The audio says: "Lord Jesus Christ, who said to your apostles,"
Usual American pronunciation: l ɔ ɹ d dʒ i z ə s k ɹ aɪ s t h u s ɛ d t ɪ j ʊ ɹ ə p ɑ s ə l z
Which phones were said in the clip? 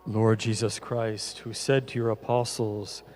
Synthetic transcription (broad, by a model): l ɔ ɹ d dʒ i z ə s k ɹ aɪ s t h u s ɛ d t ɪ j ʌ ɹ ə p ɑ s l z